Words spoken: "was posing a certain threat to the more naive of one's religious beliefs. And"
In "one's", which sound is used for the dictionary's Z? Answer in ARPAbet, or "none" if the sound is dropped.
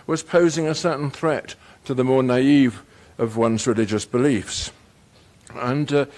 Z